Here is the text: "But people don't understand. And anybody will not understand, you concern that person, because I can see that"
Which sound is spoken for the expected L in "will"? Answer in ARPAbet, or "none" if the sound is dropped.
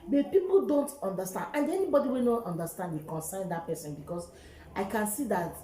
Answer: N